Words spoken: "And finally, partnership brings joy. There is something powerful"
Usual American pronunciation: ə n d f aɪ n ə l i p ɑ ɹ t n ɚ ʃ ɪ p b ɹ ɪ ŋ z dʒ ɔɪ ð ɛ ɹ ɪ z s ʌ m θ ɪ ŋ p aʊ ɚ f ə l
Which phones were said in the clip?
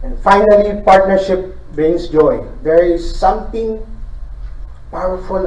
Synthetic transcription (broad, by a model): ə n f aɪ n ə l i p ɑ ɹ t n ɚ ʃ ɪ p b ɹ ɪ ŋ s dʒ ɔɪ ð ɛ ɹ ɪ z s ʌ m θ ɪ ŋ p aʊ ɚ f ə l